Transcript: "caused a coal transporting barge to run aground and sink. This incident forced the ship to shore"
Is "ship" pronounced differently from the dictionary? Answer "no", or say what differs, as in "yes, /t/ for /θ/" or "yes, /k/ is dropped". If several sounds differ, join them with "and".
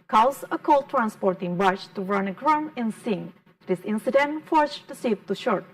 yes, /s/ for /ʃ/